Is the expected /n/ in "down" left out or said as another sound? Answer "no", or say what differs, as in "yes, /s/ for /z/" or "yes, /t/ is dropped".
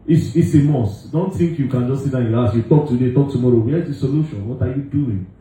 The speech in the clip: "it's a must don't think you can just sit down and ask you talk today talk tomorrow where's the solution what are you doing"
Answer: yes, /n/ is dropped